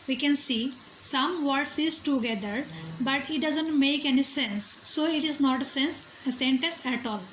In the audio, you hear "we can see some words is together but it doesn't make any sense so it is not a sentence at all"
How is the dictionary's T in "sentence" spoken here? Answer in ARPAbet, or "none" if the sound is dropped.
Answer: S